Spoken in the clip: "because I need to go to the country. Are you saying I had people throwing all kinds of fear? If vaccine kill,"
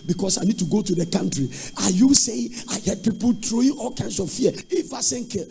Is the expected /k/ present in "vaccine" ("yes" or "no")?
no